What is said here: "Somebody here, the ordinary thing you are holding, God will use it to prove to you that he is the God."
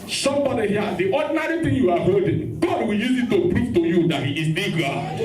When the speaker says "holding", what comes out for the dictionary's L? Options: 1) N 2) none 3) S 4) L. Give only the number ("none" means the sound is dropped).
2